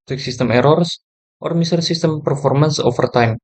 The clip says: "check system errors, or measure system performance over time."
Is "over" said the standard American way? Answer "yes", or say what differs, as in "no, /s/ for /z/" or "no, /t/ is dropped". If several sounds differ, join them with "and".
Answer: no, /f/ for /v/